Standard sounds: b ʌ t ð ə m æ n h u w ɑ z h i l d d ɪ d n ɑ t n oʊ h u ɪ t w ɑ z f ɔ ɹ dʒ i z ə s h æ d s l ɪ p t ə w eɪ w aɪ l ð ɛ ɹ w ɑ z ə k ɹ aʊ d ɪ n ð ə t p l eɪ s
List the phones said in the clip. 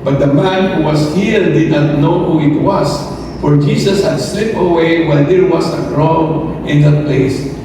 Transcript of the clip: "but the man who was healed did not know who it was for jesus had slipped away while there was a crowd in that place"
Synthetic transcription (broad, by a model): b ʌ t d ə m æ n h u w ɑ s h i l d d ɪ d n ɑ t n oʊ h u ɪ t w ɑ s f ɔ ɹ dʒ i s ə s h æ d s l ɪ p ə w eɪ w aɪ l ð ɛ ɹ w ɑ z ə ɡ ɹ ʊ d ɪ n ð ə t p l eɪ s